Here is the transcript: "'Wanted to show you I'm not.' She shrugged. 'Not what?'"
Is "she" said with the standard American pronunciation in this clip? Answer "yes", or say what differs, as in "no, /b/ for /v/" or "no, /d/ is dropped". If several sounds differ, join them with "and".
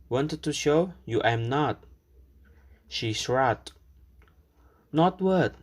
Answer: yes